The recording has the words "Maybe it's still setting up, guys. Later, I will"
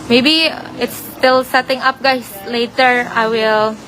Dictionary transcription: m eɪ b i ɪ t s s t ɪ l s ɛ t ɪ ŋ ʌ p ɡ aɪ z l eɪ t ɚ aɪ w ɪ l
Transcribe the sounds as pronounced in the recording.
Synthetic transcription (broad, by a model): m eɪ b i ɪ t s s t ɪ l s ɛ t ɪ ŋ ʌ p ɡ aɪ s l eɪ t ɚ aɪ w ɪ l